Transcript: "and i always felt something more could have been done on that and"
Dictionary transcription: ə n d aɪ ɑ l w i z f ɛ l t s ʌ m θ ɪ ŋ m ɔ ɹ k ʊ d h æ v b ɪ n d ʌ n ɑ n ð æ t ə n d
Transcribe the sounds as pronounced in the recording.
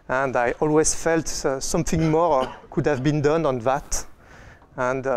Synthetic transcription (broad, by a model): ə n d aɪ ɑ l w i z f ɛ l t s ʌ m θ ɪ ŋ m ɔ ɹ k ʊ d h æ v b ɪ n d ʌ n ɑ n ð æ t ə n d